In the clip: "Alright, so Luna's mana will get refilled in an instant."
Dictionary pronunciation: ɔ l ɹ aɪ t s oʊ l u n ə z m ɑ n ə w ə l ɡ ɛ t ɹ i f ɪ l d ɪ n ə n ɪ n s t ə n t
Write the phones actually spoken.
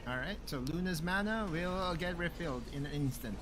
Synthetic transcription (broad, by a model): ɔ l ɹ aɪ t s oʊ l u n ə z m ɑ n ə w ə l ɡ ɛ t ɹ i f ɪ l d ɪ n ə n ɪ n s t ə n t